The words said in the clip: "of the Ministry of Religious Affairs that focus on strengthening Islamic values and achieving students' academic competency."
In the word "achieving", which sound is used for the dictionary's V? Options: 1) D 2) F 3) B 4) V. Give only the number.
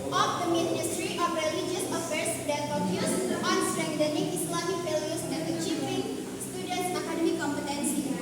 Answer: 2